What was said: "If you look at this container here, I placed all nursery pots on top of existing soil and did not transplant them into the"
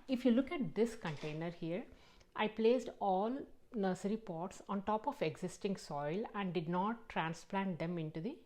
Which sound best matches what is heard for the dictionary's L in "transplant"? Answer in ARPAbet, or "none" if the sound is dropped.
L